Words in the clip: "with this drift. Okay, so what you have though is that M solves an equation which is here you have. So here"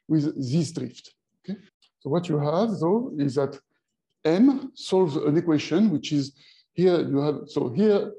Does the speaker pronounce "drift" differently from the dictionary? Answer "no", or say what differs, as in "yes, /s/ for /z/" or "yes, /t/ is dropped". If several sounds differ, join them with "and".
no